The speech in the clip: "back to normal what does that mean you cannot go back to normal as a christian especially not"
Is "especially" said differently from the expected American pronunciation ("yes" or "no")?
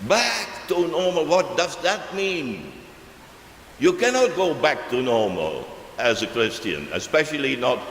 no